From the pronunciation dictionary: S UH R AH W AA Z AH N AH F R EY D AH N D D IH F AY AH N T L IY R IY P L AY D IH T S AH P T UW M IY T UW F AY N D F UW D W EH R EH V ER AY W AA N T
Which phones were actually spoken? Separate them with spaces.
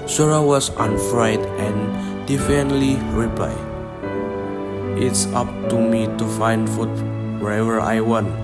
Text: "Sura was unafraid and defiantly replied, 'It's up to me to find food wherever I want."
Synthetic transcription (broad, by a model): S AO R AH W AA S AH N F R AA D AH N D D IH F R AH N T L IY R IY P AY IH T S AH P T UW M IY T UW F AY N D F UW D W EH R EH V ER AY W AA N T